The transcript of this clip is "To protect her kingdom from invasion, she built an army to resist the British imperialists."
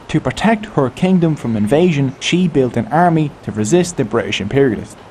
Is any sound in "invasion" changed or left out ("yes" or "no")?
no